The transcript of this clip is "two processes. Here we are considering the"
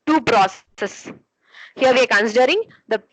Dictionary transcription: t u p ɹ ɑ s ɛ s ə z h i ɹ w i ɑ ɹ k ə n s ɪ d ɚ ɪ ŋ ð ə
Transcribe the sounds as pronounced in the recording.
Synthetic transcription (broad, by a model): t u p ɹ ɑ s s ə s h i ɹ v i ɑ ɹ k ə n s ɪ d ɚ ɪ ŋ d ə